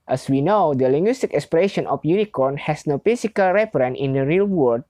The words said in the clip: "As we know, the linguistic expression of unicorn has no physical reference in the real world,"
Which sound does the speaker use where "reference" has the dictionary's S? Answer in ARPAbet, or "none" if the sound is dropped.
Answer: none